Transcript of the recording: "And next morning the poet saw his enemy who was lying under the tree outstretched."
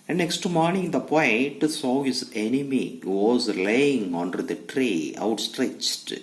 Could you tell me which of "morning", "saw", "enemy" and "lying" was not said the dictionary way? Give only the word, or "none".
none